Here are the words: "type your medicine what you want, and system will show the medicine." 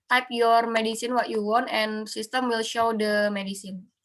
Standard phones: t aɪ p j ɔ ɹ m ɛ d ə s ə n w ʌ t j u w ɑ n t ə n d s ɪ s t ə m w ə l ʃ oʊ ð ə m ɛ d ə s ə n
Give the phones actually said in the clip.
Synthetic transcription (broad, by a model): t aɪ p j ɔ ɹ m ɛ d ə s ə n w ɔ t j u w ɑ n t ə n s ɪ s t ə m w ə l ʃ oʊ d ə m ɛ d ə s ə n